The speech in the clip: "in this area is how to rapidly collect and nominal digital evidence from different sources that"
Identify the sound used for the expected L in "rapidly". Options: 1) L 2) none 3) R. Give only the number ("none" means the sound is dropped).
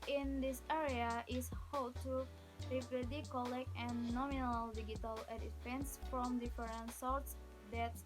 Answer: 2